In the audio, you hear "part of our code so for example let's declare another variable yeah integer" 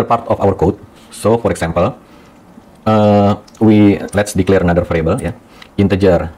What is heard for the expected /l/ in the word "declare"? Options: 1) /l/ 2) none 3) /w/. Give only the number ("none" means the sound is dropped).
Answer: 1